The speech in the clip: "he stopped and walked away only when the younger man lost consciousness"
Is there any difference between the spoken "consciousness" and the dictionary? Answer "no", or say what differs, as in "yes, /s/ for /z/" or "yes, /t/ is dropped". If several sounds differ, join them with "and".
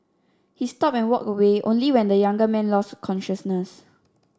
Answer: no